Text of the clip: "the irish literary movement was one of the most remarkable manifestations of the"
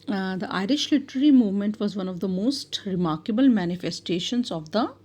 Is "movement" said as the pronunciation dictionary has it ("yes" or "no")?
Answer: yes